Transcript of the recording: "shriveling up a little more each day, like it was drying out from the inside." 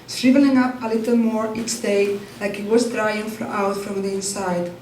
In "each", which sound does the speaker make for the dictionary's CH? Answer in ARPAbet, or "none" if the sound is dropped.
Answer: S